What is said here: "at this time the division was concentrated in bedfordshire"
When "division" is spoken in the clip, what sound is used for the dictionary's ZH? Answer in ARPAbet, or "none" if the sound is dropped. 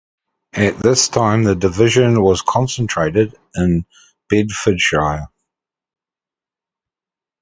ZH